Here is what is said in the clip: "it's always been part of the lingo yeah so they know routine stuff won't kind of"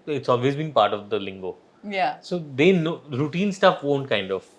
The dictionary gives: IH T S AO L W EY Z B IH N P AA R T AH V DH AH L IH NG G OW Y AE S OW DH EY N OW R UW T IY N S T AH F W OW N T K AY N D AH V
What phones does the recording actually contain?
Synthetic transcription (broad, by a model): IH T S AO L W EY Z B IH N P AA R T AH V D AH L IH NG G OW Y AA S OW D EY N OW R UW T IY N S T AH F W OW N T K AY N D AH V